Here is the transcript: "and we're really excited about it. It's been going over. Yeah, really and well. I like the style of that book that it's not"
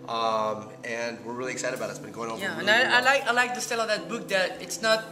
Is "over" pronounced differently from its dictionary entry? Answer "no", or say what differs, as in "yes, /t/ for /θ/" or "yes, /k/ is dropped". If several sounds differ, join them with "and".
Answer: yes, /v/ is dropped